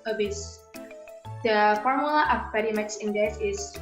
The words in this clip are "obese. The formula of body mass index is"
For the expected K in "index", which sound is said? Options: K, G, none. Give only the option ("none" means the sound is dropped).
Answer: none